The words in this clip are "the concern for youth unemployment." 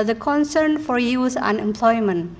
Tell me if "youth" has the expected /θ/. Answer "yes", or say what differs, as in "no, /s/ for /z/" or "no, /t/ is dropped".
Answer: no, /s/ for /θ/